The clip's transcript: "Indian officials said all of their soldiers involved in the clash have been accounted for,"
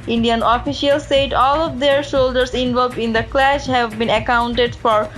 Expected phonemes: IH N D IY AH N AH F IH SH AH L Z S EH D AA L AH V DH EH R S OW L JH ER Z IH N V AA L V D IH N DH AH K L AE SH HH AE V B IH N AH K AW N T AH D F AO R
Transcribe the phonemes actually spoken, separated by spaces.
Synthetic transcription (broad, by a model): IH N D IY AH N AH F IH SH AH L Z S EH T AA L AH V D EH R SH OW L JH ER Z IH N V AA L V D IH N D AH K L AE SH HH AE V B IH N AH K AW N T AH D F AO R